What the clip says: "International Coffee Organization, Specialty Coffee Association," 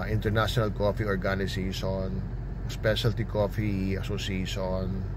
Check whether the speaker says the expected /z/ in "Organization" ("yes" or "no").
no